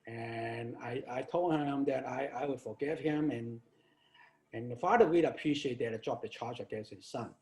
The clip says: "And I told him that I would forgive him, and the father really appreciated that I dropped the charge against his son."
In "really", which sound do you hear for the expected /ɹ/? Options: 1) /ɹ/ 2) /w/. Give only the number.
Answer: 2